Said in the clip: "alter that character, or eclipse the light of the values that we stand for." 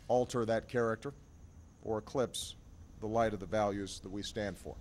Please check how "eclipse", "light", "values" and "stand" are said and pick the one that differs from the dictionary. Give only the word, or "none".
none